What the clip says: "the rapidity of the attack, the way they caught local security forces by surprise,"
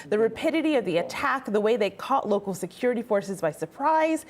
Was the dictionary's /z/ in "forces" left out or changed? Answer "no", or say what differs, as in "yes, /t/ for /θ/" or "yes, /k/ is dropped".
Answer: no